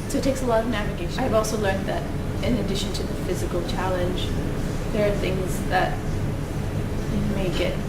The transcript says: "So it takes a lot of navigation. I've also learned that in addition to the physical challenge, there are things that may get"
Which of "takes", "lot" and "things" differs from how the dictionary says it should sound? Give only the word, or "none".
none